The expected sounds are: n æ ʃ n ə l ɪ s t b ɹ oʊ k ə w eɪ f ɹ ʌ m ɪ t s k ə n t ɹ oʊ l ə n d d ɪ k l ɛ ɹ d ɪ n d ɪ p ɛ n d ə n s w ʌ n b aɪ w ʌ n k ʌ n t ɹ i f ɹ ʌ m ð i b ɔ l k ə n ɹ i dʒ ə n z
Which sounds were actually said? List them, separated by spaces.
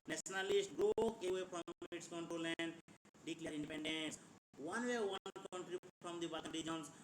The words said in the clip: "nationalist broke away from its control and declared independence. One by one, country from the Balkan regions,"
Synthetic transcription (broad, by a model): n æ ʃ n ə l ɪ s t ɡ ɹ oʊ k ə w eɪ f ɹ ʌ m ɪ t s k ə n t oʊ l ə n d d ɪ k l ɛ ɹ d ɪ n d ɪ p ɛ n d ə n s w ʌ n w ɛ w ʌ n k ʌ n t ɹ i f ɹ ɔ m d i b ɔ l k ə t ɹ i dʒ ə n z